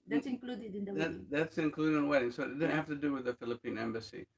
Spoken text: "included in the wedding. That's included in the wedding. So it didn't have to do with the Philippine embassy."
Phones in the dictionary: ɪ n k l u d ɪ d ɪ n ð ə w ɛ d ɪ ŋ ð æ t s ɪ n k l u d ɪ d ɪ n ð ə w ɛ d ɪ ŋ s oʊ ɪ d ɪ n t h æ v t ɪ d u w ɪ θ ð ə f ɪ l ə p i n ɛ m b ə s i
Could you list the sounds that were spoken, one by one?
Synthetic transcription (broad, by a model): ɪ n k l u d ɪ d ɪ n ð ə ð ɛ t ð æ t s ɪ n k l u d ɪ d ɪ n w ɛ d ɪ ŋ s oʊ ɪ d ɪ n h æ f t ɪ d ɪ w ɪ ð ə f ɪ l ə p i n ɛ m b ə s i